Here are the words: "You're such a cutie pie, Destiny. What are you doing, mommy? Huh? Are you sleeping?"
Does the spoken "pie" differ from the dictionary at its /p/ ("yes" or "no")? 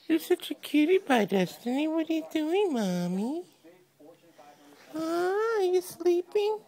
yes